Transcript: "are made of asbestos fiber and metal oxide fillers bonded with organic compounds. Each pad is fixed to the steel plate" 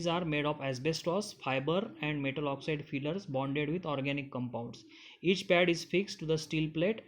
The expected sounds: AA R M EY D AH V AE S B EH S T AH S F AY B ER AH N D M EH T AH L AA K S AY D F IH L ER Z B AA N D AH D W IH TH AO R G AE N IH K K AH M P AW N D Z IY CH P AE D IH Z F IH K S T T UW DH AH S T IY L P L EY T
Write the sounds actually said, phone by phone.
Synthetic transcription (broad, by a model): AA R M EY D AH P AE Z B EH S T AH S F AY B ER AH N D M EH T AH L AA K S AY D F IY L ER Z B AA N D AH D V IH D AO R G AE N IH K K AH M P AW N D S IY CH P AE D IH Z F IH K S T T UW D AH S T IY L P L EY T